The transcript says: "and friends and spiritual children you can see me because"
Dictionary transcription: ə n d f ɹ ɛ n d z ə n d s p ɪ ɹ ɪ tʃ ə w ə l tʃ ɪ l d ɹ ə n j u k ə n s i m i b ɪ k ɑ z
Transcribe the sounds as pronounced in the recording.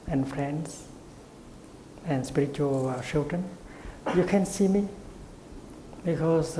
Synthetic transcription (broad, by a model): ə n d f ɹ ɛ n d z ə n s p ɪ ɹ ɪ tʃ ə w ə l ʃ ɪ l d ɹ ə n j u k ə n s i m i b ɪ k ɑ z